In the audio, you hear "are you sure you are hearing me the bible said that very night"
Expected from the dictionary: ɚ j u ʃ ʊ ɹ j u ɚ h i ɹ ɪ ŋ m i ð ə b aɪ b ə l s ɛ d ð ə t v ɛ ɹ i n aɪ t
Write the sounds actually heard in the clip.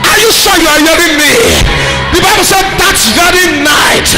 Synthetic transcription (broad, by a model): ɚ j u s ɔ j u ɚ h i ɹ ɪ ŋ m i ð ə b aɪ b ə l s ɛ d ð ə t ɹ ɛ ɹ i n aɪ t